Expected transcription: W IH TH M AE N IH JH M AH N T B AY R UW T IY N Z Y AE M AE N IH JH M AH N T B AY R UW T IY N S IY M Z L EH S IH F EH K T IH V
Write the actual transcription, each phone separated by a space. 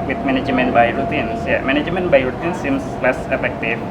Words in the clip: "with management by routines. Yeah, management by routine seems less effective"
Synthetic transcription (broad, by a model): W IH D M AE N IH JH M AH N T B AY R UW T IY N S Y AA M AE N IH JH M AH N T B AY R UW T IY N S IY M S L EH S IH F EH K T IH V